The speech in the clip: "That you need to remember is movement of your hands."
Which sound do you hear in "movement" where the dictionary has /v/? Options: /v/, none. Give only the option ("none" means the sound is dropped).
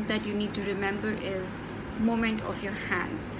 none